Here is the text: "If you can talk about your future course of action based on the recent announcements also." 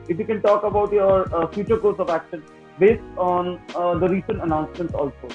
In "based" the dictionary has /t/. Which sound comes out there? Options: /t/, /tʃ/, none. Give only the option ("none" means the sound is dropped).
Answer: /t/